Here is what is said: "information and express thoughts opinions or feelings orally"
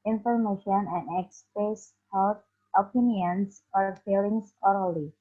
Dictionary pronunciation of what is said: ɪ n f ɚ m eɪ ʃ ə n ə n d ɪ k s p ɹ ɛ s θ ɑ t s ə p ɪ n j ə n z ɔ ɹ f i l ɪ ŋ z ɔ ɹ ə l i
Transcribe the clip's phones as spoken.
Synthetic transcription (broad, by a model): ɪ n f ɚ m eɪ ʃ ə n ə n d ɪ k s p ɹ ɛ s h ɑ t ə p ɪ n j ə n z ɔ ɹ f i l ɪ ŋ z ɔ ɹ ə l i